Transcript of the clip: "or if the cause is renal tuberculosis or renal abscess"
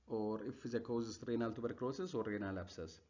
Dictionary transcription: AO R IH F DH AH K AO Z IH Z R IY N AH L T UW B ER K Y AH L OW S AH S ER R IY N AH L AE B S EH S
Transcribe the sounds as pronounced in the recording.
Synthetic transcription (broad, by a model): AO R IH F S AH K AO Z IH S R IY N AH L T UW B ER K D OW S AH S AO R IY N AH L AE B S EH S